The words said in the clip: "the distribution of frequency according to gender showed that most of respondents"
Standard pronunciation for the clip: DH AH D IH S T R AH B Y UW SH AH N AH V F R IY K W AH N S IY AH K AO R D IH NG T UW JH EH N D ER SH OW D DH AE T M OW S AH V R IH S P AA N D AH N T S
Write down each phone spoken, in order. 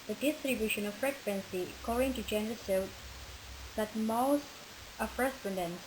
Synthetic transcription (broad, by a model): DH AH D IH S T R AH B Y UW SH AH N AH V F R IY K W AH N S IY AH K AO R D IH NG T UW JH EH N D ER S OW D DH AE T M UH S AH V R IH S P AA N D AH N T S